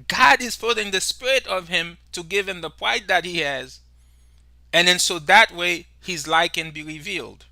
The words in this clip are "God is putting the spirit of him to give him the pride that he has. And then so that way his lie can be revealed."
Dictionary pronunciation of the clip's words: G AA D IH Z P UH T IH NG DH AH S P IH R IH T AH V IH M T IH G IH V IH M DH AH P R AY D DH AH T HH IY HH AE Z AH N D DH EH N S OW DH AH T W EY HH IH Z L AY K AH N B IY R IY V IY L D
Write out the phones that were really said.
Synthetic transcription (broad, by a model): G AA D IH Z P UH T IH NG DH AH S P IH R IH T AH V IH M T IH G IH V IH M DH AH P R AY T DH AH T HH IY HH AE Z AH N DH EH N S OW DH AH T W EY HH IH Z L AY K AH N B IY R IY V IY L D